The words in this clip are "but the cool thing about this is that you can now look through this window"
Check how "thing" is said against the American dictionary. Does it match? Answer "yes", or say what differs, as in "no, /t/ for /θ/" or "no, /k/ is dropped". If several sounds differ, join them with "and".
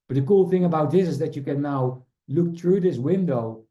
yes